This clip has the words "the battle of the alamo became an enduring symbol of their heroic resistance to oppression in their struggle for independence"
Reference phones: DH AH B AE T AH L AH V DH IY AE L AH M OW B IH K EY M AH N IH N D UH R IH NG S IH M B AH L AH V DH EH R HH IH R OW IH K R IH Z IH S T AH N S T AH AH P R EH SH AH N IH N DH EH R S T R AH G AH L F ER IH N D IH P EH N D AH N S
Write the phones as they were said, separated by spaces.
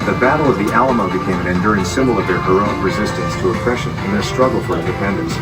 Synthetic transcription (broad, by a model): DH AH B AE T L AH V DH IY AE L AH M OW B IH K EY M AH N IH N D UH R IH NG S IH M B L AH V DH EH R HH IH R OW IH K R IH Z IH S T AH N S T AH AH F EH SH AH N IH N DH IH S T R AH G L F ER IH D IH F EH N D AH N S